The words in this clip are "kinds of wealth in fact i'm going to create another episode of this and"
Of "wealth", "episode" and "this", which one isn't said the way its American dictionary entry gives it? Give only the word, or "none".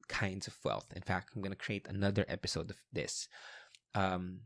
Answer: none